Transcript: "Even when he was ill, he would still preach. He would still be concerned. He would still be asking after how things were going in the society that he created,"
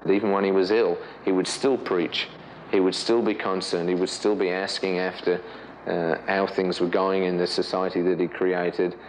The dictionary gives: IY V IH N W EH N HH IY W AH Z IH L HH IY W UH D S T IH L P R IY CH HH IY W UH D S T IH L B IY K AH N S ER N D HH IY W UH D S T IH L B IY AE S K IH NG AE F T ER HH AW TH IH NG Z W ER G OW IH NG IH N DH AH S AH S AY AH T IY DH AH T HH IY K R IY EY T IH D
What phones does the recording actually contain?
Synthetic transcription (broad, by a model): IY V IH N W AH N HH IY W AH Z IH L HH IY W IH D S T IH L P R IY CH HH IY W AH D S T IH L B IY K AH N S ER N D HH IY W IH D S T IH L B IY AE S K IH NG AE F T ER HH AW TH IH NG Z W ER G OW IH NG IH N DH AH S AH S AY AH T IY DH AH T HH IY K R IY EY T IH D